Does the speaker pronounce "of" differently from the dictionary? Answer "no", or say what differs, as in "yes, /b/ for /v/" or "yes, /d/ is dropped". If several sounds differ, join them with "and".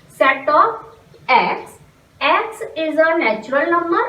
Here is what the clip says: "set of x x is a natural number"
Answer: yes, /p/ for /v/